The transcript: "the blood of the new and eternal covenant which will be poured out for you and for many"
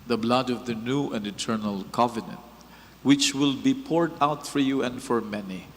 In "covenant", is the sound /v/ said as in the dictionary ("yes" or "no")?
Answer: yes